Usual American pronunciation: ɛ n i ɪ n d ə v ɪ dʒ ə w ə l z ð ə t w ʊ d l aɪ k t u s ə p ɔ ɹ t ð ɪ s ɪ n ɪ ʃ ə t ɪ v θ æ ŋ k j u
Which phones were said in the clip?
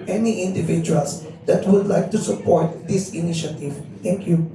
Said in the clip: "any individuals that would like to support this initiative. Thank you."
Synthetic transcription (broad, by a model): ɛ n i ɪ n d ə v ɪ dʒ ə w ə l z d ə t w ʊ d l aɪ k t u s ə p ɔ ɹ t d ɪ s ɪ n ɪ ʃ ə t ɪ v t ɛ ŋ k j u